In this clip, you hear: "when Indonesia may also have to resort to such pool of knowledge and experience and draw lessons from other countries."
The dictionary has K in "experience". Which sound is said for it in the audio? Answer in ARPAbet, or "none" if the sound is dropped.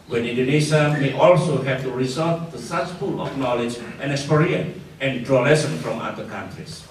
none